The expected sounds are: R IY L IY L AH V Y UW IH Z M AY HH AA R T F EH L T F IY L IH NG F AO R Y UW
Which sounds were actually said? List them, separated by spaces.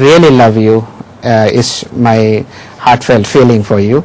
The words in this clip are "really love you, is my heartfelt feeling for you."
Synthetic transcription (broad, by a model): R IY L IY L AH V Y UW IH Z M AY HH AA R T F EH L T F IY L IH NG F AO R Y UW